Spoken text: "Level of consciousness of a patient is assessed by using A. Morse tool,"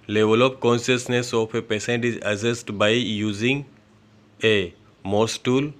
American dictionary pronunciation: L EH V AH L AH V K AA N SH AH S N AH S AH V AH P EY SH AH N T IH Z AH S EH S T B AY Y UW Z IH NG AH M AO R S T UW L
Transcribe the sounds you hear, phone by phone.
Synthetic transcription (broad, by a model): L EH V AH L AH P K AA N SH AH S N AH S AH F AH P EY S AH N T IH Z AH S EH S T B AY Y UW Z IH NG AH M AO S T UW L